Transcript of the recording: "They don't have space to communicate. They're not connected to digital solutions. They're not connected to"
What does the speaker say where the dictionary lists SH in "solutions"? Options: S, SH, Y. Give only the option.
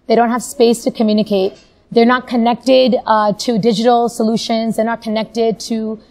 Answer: SH